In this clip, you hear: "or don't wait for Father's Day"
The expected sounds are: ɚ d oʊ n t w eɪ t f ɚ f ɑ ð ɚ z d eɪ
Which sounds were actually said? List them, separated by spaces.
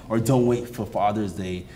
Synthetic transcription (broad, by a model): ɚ d oʊ n t w eɪ t f ɚ f ɑ ð ɚ z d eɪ